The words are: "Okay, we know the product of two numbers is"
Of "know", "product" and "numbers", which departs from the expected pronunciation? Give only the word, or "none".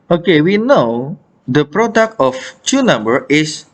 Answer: numbers